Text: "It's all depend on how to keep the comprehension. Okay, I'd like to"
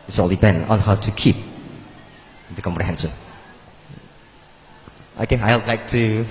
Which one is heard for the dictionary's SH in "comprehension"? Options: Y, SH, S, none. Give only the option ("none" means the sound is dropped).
S